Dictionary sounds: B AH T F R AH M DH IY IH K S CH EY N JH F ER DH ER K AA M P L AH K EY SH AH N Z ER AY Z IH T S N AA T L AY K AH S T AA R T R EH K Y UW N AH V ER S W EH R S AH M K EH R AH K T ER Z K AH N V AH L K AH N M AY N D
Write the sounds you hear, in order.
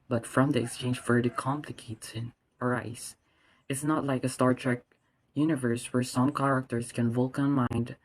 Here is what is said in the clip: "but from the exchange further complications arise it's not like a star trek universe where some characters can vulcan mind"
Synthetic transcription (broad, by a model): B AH T F R AH M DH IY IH K S CH EY N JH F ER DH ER K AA M P L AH K EY S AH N ER AY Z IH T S N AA T L AY K AH S T AA R T R EH K Y UW N AH V ER S W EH R S AH M K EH R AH K T ER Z K AH N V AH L K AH N M AY N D